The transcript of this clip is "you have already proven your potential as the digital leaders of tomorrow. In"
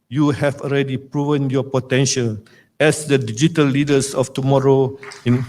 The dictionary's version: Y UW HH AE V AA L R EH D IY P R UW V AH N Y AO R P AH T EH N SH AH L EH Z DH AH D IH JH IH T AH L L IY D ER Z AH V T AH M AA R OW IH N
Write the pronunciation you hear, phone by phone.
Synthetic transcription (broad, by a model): Y UW HH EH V AA L R EH D IY P R UW V AH N Y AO P AH T EH N SH AH L EH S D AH D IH JH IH T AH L L IY D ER S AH F T AH M AA R OW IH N